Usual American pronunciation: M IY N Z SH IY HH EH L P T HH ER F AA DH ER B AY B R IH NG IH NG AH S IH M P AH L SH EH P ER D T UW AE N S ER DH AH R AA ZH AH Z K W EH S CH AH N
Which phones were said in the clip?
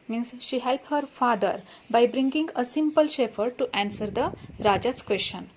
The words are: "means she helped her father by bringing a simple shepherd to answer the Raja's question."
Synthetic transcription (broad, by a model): M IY N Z SH IY HH EH L P T HH ER F AA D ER B AY B R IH NG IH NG AH S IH M P AH L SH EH F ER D T UW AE N S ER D AH R AA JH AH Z K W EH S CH AH N